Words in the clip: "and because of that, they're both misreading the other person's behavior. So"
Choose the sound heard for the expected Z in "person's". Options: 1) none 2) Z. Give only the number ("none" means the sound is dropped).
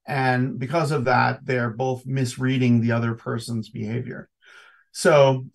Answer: 2